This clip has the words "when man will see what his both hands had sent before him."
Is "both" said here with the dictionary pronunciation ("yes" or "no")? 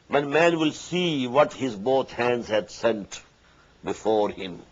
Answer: no